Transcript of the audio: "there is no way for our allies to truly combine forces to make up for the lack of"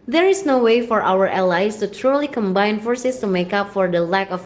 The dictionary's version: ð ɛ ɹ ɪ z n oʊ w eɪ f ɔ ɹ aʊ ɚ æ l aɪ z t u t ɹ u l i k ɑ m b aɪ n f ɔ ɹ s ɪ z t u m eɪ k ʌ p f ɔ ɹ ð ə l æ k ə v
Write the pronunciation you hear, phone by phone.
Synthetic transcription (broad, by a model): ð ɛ ɹ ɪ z n oʊ w eɪ f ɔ ɹ aʊ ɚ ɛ l aɪ s t u t ɹ u l i k ɑ m b aɪ n f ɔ ɹ s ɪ s t u m eɪ k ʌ p f ɔ ɹ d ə l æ k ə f